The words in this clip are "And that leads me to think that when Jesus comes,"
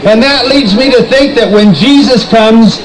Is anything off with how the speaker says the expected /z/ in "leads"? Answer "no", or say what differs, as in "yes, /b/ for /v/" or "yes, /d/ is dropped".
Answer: no